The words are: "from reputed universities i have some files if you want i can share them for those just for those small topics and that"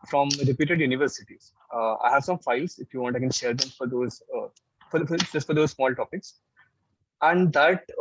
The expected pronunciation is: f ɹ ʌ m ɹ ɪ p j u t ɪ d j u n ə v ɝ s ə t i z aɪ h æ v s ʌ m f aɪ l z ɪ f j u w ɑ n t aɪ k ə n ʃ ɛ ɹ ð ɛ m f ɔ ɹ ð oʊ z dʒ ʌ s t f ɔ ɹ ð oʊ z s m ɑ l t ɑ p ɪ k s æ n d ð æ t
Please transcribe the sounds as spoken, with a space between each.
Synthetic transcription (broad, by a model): f ɹ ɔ m ɹ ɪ p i t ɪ d j u n ə v ɝ s ə t i z aɪ h æ v s ʌ m f aɪ l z ɪ f j u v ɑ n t aɪ k ə n ʃ ɛ ɹ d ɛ m f ɔ ɹ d oʊ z dʒ ʌ s t f ɔ ɹ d oʊ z s m ɑ l t ɑ p ɪ k s æ n d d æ t